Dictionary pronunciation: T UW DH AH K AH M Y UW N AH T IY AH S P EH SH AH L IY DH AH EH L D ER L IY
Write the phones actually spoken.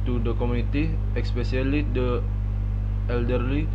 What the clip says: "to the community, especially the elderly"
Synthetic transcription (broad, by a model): T UW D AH K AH M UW AH T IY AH S P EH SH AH L IY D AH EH L D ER L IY